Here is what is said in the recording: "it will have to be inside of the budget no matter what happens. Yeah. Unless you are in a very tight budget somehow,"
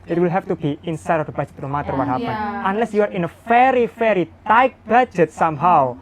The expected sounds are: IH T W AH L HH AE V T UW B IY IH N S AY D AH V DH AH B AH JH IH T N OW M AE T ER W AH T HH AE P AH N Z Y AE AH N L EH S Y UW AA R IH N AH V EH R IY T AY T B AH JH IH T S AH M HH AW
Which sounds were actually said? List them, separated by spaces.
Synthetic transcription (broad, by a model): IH T W AH L HH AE F T UW B IY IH N S AY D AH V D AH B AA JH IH T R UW M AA T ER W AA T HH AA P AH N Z AH N L EH S Y UW AA R IH N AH F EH R IY T AY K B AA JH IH T S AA M HH AW